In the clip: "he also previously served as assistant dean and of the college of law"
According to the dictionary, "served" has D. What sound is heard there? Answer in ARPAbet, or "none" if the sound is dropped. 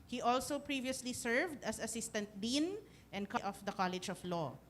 D